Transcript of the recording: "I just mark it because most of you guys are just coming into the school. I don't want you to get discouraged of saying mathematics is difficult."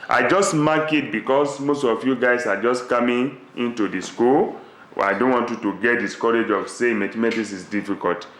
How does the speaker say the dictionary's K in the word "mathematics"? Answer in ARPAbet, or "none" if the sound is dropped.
none